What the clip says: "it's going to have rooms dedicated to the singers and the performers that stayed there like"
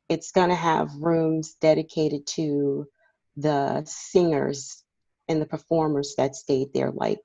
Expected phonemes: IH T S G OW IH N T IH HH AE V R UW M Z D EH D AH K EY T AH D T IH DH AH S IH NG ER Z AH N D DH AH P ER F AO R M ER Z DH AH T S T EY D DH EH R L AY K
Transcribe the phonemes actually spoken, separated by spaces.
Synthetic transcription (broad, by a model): IH T S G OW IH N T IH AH V R UW M Z D EH D AH K EY T AH D T IH DH AH S IH NG ER Z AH N DH AH P ER F AO R M ER Z DH AH T S T EY D DH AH R L AY K